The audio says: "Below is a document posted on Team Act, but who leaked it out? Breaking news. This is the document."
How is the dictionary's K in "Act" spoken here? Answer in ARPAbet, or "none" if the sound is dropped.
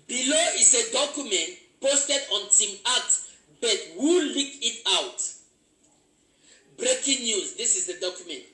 none